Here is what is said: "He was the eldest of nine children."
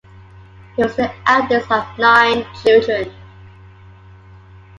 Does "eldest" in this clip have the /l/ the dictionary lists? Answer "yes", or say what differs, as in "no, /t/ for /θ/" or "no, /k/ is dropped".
no, /l/ is dropped